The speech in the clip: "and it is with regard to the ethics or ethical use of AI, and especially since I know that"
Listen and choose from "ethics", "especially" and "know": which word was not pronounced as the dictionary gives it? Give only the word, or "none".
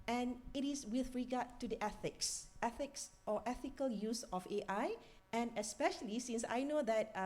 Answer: none